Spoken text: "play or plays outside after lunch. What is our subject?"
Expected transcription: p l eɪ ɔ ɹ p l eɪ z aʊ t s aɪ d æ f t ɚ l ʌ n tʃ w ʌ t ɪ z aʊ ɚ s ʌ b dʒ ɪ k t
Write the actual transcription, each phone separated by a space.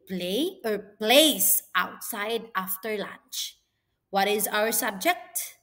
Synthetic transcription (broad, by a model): p l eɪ ɔ ɹ p l eɪ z aʊ t s aɪ d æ f t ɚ l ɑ n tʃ w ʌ t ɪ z aʊ ɚ s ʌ b dʒ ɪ k t